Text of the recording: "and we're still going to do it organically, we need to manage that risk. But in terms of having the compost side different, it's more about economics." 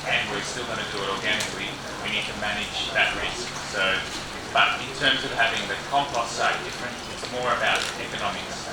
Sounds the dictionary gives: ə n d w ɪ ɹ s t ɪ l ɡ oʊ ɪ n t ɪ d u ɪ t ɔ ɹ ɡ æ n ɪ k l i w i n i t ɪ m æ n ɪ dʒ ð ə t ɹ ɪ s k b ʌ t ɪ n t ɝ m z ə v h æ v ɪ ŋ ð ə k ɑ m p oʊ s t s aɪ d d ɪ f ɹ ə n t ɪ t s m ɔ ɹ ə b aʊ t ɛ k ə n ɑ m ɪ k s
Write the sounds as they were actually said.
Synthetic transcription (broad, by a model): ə n w ɪ ɹ s t ɪ l ɡ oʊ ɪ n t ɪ d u ɪ t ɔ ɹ ɡ æ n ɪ k l i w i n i t ɪ m æ n ɪ dʒ ð ə t ɹ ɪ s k b ʌ t ɪ n t ɝ m z ə v h æ v ɪ ŋ ð ə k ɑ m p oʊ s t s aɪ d d ɪ f ɹ ə n t ɪ t s m ɔ ɹ ə b aʊ t ɛ k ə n ɑ m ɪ k s